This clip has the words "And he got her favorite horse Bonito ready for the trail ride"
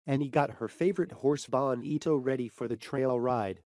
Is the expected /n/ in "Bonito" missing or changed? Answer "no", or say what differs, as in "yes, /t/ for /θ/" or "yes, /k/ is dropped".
no